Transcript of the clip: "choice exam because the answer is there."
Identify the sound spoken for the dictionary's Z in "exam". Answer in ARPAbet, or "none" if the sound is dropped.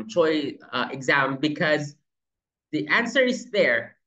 Z